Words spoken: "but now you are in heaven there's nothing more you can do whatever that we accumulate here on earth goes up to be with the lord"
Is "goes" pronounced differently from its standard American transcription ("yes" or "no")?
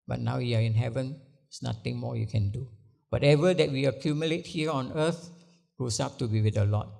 yes